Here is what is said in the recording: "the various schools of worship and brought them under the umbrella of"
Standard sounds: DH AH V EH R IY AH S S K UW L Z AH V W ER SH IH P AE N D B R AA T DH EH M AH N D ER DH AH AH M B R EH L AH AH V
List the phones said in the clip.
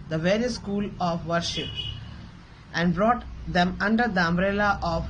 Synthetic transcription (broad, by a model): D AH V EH R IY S S K UW L AH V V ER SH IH P AE N D B R AA T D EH M AH N D ER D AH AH M B R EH L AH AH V